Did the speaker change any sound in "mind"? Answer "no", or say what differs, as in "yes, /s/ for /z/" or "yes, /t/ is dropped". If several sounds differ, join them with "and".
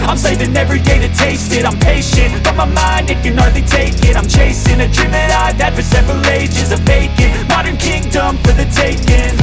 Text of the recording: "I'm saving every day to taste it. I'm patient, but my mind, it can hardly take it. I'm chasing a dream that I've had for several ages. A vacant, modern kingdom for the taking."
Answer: no